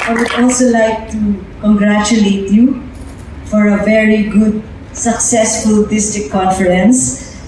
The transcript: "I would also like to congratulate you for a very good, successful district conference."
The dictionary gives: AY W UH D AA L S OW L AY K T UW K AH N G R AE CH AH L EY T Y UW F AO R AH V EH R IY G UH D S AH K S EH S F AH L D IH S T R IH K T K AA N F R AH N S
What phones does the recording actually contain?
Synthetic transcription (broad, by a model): AY W UH D AA L S OW L AY K T UW K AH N G R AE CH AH L EY T Y UW F AO R AH V EH R IY G UH D S AH K S EH S F AH L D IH S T IH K K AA N F R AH N S